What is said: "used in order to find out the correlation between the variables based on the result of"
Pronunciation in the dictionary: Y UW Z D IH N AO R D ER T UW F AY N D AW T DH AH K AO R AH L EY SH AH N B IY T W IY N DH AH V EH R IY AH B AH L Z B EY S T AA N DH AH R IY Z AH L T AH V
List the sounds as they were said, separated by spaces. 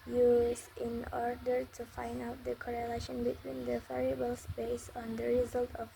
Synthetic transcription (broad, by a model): Y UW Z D IH N AO R D ER T UW F AY N D AW T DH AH K AO R AH L EY SH AH N B IY T W IY N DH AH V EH R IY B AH L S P EY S AA N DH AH R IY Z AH L T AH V